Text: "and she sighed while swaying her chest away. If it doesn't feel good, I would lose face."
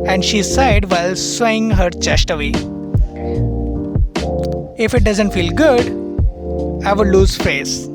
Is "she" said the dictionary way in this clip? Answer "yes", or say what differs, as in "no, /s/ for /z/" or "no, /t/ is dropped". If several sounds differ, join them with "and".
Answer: yes